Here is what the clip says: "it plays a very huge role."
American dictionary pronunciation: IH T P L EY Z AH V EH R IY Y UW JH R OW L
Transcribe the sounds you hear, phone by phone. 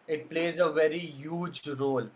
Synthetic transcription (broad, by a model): IH T P L EY Z AH V EH R IY Y UW JH R OW L